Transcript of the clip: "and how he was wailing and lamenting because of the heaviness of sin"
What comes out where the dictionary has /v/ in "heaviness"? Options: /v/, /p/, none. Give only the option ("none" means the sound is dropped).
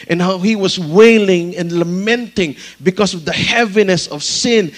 /v/